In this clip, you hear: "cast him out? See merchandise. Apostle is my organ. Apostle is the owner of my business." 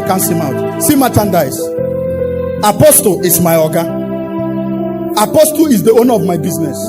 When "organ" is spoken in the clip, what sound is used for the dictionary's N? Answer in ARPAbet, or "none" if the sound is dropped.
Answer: none